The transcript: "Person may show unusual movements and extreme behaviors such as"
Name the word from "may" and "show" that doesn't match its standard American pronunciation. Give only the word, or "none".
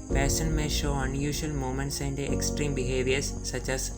none